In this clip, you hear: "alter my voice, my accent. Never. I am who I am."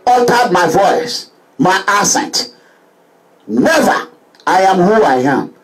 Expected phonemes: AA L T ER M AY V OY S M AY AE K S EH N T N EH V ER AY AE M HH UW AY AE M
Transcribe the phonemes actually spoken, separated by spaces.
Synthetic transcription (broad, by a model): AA L T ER M AY V OY S M AY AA S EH N T N EH V ER AY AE M HH UW AY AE M